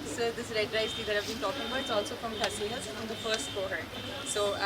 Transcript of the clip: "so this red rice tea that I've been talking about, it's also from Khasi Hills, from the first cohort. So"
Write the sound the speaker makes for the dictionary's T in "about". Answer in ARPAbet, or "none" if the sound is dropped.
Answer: none